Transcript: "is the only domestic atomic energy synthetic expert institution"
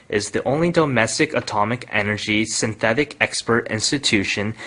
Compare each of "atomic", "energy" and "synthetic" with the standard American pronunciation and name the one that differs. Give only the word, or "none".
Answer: none